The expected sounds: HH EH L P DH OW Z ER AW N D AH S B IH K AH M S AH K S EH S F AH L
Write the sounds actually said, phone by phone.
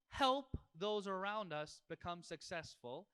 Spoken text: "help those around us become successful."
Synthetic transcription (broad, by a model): HH EH L P DH OW Z ER AW N D AH S B IH K AH M S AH K S EH S F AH L